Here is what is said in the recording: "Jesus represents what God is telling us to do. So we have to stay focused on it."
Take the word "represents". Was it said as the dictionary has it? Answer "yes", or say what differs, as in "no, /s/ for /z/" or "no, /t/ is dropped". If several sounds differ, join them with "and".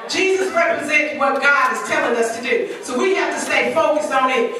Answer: no, /s/ is dropped